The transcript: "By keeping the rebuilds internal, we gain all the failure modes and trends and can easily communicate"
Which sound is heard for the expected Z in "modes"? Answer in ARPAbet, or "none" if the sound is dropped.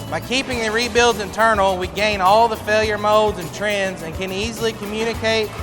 Z